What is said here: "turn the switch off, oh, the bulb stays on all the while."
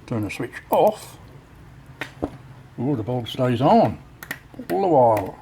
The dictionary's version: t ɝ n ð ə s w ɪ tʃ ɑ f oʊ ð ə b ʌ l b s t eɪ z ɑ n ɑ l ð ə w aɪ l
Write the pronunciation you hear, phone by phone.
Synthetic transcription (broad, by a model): t ɝ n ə s w ɪ tʃ ɑ f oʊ ð ə b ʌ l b s t eɪ z n ɑ l ð ə w aɪ l